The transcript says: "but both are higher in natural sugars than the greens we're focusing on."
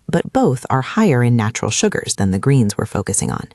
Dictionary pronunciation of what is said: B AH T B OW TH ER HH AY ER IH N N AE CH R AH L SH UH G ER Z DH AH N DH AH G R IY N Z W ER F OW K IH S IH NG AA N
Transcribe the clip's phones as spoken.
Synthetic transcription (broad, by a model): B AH T B OW TH ER HH AY ER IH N N AE CH R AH L SH UH G ER Z DH AH N DH AH G R IY N Z W ER F OW K IH S IH NG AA N